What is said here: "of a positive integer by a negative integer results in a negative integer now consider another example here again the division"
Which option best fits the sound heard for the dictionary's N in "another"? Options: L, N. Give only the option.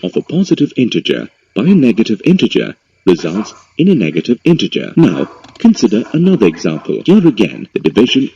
N